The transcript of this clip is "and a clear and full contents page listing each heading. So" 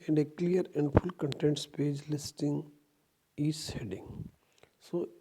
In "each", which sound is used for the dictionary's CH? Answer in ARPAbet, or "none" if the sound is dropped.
S